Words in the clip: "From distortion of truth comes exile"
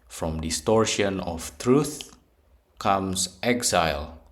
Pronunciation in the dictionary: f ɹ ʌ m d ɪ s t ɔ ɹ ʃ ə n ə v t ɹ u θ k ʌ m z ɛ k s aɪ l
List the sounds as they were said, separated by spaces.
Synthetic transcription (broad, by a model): f ɹ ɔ m d ɪ s t ɔ ɹ ʃ ə n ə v t ɹ u θ k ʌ m s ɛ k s aɪ l